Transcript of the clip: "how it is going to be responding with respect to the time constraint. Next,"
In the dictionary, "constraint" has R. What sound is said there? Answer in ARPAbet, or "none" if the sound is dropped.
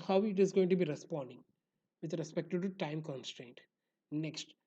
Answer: R